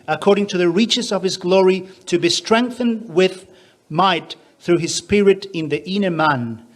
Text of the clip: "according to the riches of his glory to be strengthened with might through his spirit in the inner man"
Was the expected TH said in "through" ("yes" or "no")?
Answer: yes